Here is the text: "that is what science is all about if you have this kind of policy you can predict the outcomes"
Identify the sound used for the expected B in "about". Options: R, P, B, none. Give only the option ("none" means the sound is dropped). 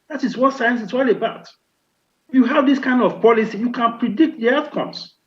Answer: B